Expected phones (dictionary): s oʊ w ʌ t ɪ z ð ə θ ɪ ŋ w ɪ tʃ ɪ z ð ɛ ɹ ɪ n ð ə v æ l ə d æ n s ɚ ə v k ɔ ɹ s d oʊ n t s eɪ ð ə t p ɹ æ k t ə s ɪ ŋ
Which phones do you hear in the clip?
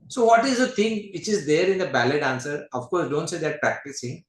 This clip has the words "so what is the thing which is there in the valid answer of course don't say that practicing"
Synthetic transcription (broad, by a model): s oʊ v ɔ t ɪ z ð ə t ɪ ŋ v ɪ tʃ ɪ z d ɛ ɹ ɪ n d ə b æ l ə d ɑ n s ɚ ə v k ɔ ɹ s d oʊ n t s eɪ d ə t p ɹ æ k t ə s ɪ ŋ